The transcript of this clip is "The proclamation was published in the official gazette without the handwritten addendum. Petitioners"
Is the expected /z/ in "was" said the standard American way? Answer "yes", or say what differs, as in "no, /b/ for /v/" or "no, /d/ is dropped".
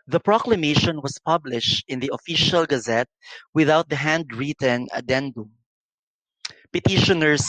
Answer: no, /s/ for /z/